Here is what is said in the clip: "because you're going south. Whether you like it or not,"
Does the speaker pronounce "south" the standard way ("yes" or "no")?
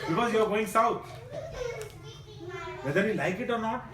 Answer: no